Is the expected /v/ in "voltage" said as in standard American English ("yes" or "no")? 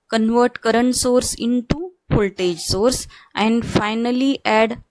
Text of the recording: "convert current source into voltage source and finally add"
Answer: no